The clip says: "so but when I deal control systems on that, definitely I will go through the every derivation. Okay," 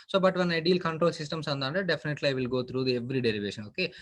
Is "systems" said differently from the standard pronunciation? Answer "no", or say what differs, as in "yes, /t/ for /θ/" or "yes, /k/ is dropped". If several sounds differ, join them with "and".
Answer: yes, /s/ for /z/